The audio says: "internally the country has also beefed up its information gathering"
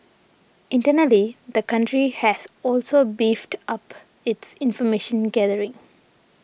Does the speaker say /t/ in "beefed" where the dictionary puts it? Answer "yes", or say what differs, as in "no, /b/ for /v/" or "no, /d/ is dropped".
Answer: yes